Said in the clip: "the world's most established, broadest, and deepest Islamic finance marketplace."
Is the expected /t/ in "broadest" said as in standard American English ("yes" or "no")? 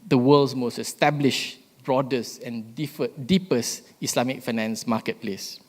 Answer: no